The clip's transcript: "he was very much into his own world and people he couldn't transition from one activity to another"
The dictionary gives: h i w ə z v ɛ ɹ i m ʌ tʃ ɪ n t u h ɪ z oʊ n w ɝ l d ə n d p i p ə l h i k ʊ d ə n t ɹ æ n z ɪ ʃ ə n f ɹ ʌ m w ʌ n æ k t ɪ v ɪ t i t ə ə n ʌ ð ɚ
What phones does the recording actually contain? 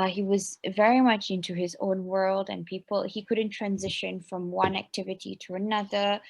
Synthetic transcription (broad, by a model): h i w ə z v ɛ ɹ i m ʌ tʃ ɪ n t u ɪ z oʊ n w ɝ l d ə n p i p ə l h i k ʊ d n t ɹ æ n z ɪ ʃ ə n f ɹ ʌ m w ʌ n æ k t ɪ v ɪ t i t ə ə n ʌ ð ɚ